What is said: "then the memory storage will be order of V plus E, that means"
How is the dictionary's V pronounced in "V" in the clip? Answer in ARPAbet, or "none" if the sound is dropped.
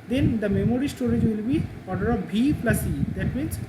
B